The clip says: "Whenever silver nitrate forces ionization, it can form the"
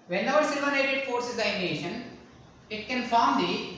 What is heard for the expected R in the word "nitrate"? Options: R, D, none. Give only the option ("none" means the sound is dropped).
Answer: none